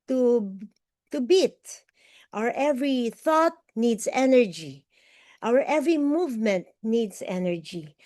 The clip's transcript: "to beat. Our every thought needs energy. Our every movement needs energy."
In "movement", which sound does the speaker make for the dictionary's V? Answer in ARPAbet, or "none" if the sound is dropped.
V